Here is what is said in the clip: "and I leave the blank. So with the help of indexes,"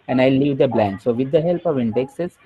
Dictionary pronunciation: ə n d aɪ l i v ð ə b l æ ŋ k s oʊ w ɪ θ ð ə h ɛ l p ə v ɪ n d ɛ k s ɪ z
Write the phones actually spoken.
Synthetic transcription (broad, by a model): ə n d aɪ l i v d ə b l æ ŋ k s oʊ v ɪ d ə h ɛ l p ə v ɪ n d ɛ k s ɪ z